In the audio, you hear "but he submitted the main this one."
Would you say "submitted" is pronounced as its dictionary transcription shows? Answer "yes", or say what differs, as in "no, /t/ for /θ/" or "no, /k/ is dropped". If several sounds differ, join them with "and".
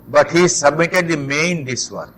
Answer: yes